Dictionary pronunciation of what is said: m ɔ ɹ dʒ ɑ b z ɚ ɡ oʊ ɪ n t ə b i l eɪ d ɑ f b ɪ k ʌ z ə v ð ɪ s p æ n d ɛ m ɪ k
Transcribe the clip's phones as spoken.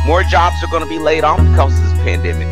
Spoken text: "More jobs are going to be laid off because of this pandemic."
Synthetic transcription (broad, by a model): m ɔ ɹ dʒ ɑ b z ɚ ɡ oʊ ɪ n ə b i l eɪ d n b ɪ k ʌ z ə v ð ɪ s p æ n d ɛ m ɪ k